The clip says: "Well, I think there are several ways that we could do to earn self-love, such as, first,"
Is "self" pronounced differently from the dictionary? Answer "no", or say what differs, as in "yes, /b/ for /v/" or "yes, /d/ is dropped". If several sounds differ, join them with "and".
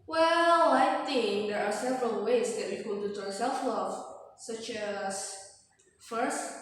no